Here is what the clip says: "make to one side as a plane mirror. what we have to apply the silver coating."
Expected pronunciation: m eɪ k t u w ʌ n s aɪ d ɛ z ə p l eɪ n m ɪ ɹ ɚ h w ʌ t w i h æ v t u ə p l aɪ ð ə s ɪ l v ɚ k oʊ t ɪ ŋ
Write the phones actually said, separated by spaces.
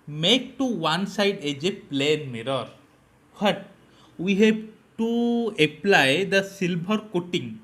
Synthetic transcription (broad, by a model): m eɪ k t u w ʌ n s aɪ d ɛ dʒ ə p l eɪ n m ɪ ɹ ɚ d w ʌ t w i h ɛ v t u ə p l aɪ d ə s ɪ l b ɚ k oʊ t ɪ ŋ